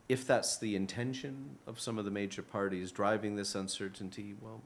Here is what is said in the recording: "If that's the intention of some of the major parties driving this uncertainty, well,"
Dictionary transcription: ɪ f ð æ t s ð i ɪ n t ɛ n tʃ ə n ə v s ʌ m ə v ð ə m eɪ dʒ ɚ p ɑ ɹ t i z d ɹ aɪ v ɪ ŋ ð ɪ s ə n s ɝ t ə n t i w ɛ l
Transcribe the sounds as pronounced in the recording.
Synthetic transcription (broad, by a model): ɪ f ð æ t s ð i ɪ n t ɛ n ʃ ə n ə v s ʌ m ə v ð ə m eɪ dʒ ɚ p ɑ ɹ t i z d ɹ aɪ v ɪ ŋ ð ɪ s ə n s ɝ t n t i w ɛ l